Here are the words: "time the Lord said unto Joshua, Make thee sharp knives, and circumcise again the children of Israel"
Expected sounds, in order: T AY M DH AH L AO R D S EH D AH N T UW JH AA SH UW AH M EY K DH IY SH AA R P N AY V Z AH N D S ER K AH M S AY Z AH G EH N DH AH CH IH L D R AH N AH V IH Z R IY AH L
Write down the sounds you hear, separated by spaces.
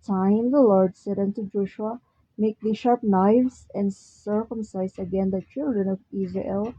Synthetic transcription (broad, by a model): T AY M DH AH L AO R D S EH D AH N T UW JH AA SH UW AH M EY K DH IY SH AA R P N AY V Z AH N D S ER K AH M S AY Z AH G EH N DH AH CH IH L D R AH N AH V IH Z R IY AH L